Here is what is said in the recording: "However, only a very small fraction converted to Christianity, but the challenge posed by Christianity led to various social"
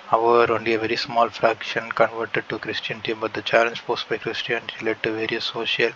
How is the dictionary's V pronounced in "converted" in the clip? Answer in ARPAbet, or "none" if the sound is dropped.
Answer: V